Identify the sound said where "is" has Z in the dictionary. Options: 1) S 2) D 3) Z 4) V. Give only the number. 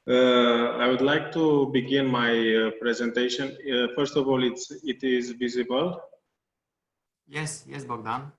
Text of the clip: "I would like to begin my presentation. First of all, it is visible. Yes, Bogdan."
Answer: 3